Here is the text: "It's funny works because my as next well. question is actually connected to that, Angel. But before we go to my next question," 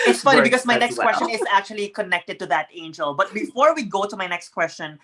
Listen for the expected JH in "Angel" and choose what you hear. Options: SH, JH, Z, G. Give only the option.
JH